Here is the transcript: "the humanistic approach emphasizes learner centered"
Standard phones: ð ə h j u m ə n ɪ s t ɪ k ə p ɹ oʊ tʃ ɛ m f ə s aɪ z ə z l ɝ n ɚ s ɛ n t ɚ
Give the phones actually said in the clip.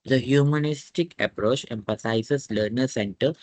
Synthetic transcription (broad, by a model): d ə h j u m ə n ɪ s t ɪ k ə p ɹ oʊ tʃ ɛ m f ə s aɪ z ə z l ɝ n ɚ s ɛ n t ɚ